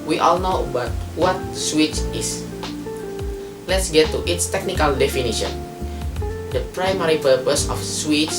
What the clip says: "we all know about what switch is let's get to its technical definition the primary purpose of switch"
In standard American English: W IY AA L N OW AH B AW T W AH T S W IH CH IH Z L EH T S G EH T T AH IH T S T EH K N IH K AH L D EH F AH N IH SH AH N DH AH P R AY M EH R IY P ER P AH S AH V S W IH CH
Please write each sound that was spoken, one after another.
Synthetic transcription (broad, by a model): W IY AA L N OW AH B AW T W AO T S W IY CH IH S L EH T S G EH T T AH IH T S T EH K N IH K AH L D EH F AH N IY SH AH N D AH P R AY M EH R IY P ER P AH S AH F S W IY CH